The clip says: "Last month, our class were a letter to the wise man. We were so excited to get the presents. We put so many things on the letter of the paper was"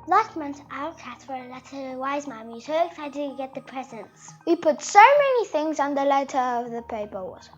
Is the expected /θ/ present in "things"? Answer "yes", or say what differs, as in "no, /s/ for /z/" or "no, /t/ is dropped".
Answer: yes